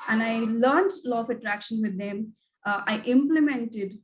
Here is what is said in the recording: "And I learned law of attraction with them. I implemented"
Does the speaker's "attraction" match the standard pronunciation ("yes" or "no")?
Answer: yes